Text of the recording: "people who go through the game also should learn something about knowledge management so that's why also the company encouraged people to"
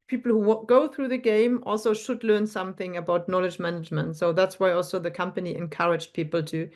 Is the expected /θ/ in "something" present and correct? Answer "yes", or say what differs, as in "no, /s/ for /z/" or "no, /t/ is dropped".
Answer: yes